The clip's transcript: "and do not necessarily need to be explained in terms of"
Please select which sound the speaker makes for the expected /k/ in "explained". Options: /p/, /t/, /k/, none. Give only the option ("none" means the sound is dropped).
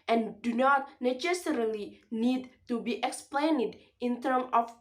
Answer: /k/